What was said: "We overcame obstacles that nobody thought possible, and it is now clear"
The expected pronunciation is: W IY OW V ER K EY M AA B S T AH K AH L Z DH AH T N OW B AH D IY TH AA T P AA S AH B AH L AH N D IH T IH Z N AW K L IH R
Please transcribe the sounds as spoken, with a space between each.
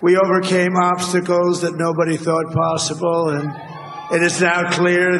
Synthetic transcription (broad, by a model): W IY OW V ER K EY M AA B S T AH K L Z DH AH T N OW B AH D IY TH AA T P AA S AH B L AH N IH T IH Z N AW K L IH R